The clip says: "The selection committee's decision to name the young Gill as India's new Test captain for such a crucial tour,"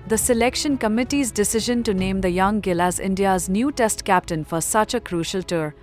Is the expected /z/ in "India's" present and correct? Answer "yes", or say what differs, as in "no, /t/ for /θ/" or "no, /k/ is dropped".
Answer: yes